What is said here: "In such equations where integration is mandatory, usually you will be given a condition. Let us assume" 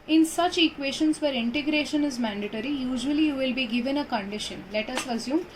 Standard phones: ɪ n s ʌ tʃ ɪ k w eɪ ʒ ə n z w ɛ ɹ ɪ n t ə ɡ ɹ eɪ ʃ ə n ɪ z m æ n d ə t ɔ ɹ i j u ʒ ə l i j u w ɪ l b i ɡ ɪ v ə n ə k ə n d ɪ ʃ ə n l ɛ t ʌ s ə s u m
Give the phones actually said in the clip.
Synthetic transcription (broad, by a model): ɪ n s ʌ tʃ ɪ k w eɪ ʃ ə n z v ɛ ɹ ɪ n t ə ɡ ɹ eɪ ʃ ə n ɪ z m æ n d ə t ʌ ɹ i j u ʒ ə l i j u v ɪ l b i ɡ ɪ v ə n ə k ə n d ɪ ʃ ə n l ɛ t ʌ s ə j u m